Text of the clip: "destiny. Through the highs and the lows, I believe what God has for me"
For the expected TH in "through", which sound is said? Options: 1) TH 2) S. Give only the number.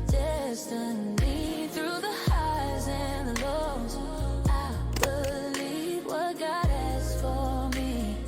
1